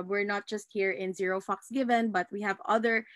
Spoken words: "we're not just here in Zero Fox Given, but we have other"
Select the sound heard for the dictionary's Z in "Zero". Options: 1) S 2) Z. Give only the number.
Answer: 2